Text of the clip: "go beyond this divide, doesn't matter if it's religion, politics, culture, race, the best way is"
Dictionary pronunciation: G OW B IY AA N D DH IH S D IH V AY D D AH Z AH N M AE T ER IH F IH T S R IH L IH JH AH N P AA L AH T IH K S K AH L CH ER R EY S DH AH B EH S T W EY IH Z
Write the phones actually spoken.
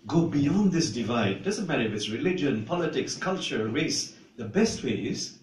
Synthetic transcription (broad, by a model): G OW B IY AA N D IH S D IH V AY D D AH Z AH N M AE T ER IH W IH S R IH L IH JH AH N P AA L AH T IH K S K AH L CH ER R EY S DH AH B EH S T W EY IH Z